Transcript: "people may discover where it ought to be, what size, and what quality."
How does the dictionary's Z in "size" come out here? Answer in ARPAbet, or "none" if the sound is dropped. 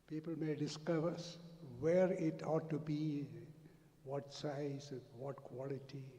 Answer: none